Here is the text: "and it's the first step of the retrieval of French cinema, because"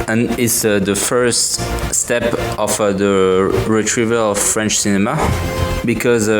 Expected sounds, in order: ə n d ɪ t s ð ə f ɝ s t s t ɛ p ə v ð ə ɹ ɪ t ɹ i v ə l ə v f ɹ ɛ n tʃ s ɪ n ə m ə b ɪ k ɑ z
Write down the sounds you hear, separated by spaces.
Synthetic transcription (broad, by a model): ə n ɪ t s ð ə f ɝ s t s t ɛ p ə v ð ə ɹ ɪ t ɹ i v ə l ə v f ɹ ɛ n tʃ s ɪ n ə m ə b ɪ k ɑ z